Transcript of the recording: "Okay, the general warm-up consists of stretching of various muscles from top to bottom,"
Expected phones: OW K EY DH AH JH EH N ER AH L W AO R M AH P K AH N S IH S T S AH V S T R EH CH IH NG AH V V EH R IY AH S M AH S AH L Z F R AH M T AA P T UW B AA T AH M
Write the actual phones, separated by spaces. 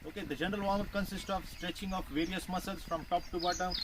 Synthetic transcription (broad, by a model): OW K EY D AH JH EH N ER AH L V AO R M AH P K AH N S IH S T S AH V S T R EH CH IH NG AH F V EH R IY AH S M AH S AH L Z F R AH M T AA P T UW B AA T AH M